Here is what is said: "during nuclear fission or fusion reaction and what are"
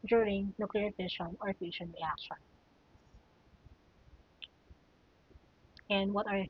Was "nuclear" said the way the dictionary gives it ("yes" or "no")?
yes